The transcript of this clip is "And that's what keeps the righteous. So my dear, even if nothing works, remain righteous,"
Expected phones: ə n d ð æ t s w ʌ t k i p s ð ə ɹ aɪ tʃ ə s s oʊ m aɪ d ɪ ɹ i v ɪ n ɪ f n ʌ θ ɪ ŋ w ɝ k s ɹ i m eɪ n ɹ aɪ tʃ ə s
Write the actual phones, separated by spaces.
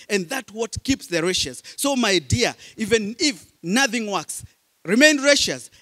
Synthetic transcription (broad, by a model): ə n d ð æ t w ʌ t k i p s ð ə ɹ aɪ ʃ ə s s oʊ m aɪ d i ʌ i v ɪ n ɪ f n ʌ θ ɪ ŋ w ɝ k s ɹ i m eɪ n ɹ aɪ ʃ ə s